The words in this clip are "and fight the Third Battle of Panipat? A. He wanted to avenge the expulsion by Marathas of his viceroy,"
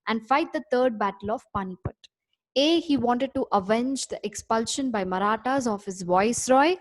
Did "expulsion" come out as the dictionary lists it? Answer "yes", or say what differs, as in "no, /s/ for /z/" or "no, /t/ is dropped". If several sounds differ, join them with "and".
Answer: yes